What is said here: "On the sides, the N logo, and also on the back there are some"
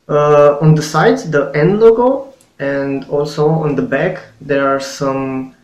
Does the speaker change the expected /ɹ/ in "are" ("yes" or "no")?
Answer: no